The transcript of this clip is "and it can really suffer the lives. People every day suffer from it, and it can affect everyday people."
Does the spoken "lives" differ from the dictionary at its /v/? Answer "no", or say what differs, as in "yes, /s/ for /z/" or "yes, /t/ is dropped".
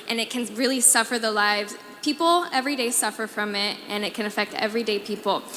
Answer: no